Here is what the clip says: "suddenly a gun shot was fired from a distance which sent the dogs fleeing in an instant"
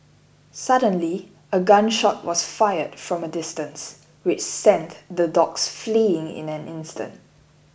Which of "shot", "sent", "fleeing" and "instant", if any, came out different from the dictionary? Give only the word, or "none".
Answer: none